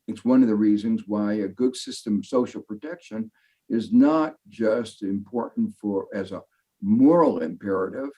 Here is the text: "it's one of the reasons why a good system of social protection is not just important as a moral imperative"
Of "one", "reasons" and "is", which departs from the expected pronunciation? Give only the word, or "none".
none